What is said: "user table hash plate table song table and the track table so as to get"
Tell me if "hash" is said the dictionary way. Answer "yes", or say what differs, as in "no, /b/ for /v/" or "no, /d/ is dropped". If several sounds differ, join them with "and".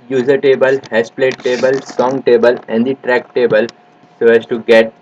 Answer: no, /s/ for /ʃ/